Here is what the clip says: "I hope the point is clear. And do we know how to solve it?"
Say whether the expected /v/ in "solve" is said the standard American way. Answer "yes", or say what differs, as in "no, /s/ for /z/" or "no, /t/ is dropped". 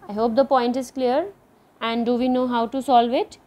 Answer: yes